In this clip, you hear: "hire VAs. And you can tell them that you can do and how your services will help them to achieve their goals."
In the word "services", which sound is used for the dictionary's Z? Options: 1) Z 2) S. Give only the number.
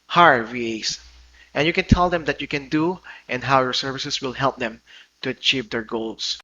2